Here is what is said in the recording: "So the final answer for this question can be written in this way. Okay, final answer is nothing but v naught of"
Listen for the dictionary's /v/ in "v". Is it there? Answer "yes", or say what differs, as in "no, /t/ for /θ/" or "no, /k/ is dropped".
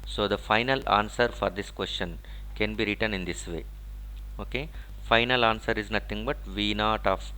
yes